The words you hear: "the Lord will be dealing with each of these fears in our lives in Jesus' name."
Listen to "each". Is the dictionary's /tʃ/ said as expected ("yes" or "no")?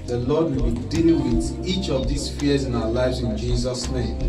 yes